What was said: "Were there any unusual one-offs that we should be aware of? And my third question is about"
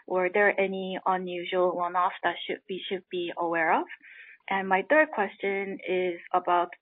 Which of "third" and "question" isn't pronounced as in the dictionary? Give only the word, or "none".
none